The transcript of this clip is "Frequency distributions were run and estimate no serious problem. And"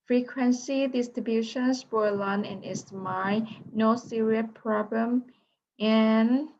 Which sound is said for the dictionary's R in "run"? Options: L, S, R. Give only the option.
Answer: L